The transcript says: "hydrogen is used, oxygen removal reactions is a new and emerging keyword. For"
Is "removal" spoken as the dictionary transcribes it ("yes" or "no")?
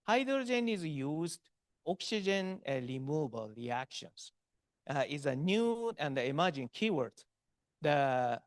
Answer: no